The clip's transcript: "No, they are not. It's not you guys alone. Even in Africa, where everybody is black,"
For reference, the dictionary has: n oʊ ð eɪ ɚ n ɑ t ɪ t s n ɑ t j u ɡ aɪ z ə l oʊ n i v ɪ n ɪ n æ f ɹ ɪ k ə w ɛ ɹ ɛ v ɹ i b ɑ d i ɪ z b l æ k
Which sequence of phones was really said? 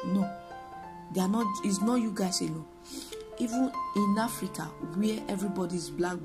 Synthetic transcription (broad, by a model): n oʊ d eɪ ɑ n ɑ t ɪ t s n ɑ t j u ɡ aɪ s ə n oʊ i v ɪ n ɪ n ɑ f ɹ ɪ k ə w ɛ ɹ ɛ v ɹ i b ɑ d i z b l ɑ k